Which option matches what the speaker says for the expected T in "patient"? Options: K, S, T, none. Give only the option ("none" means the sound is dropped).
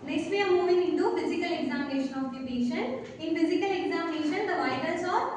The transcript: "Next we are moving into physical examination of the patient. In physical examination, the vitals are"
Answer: none